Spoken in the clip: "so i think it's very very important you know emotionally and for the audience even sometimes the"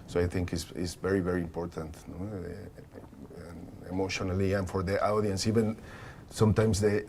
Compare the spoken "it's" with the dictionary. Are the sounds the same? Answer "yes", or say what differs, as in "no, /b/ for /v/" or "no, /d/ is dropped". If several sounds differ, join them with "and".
no, /s/ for /t/